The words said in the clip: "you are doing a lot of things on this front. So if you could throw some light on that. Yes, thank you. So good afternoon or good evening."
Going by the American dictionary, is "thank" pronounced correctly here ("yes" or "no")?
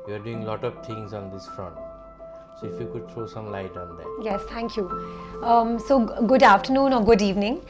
no